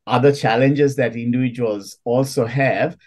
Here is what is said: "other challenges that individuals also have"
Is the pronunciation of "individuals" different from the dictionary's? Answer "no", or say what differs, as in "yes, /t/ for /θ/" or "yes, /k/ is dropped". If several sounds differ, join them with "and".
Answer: yes, /v/ is dropped